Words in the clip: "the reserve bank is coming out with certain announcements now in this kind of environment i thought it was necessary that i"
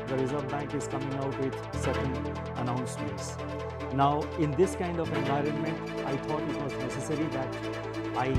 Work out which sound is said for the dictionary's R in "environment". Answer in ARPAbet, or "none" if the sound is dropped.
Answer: R